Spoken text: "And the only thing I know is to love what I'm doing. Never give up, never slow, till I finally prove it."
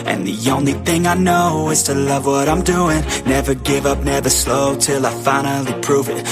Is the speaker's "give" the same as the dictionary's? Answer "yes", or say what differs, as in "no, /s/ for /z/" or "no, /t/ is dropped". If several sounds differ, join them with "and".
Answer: yes